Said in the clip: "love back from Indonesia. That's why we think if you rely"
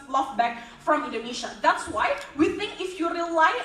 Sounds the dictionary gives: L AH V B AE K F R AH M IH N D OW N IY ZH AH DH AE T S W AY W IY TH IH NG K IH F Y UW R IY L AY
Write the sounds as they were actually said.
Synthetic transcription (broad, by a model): L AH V B AE K F R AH M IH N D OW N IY SH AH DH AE T S W AY W IY TH IH NG K IH F Y UW R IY L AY